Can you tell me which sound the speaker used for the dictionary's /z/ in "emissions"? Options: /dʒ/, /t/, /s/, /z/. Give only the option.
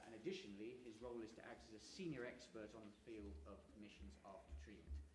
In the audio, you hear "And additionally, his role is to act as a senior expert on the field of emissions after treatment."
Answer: /z/